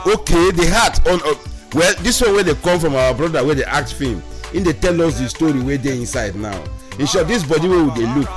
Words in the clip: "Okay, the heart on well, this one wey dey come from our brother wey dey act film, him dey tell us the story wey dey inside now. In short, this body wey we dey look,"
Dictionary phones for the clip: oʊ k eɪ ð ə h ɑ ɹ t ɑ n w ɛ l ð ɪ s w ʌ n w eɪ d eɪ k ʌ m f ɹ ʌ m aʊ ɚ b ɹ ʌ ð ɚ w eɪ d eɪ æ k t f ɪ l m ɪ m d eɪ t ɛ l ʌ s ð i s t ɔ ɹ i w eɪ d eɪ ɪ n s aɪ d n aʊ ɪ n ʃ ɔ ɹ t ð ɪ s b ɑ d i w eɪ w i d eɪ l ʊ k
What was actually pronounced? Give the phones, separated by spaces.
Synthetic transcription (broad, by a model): oʊ k eɪ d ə h ɑ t ɑ n w ɛ l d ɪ s w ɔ n w eɪ d eɪ k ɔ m f ɹ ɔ m aʊ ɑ b ɹ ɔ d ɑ w eɪ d eɪ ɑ k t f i m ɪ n d eɪ t ɛ l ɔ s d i s t ɔ ɹ i w eɪ d eɪ ɪ n s aɪ d n aʊ ɪ n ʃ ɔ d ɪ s b ɑ d i w eɪ w i d eɪ l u k